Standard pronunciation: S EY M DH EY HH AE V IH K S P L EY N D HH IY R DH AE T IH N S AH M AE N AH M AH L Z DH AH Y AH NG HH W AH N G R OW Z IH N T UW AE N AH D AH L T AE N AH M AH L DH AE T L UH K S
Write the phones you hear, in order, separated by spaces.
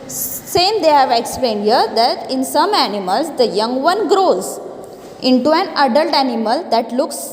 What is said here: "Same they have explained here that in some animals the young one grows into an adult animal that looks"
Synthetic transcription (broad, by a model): S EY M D EY HH AE V IH K S P L EY N D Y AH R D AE T IH N S AH M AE N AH M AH L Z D AH Y AH NG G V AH N G R OW Z IH N T UW AE N AH D AH L T AE N AH M AH L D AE T L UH K S